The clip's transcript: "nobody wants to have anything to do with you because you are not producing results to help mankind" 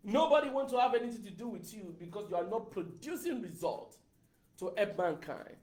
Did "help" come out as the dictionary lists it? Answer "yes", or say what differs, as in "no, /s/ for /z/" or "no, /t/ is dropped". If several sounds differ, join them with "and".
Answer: no, /l/ is dropped